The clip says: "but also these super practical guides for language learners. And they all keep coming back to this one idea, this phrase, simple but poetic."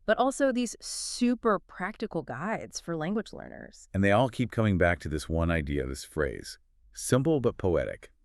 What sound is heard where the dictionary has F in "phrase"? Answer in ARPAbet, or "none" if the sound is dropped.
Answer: F